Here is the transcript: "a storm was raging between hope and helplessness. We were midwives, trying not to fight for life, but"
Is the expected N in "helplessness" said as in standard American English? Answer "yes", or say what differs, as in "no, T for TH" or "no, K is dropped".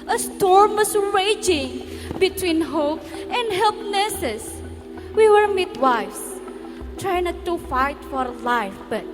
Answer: no, N is dropped